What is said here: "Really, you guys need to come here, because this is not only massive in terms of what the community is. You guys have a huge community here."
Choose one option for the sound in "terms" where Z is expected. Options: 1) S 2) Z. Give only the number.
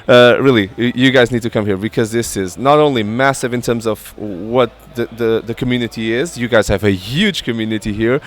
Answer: 2